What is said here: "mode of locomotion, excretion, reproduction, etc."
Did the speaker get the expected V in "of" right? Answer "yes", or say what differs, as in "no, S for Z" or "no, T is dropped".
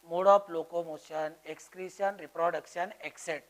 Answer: no, P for V